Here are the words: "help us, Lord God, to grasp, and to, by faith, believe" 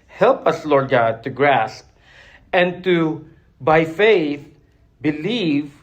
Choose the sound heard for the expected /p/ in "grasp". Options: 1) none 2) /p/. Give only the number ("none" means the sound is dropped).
2